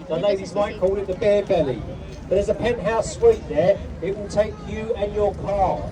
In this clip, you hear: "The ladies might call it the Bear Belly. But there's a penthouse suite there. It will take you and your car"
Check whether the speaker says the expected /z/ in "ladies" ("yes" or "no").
yes